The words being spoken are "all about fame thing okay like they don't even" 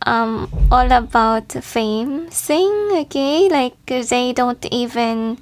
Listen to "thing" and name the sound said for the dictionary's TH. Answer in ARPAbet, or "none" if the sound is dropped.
S